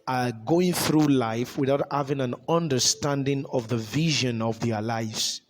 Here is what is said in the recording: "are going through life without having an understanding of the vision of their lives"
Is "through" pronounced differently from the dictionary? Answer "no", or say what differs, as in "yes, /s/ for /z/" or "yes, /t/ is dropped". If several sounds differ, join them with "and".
no